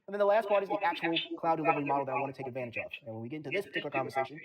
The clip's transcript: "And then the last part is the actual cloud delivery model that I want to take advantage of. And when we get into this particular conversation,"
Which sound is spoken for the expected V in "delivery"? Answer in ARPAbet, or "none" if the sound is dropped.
V